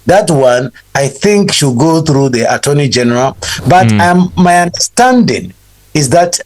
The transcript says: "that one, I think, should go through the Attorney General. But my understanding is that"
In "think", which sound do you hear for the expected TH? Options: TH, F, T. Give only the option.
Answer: TH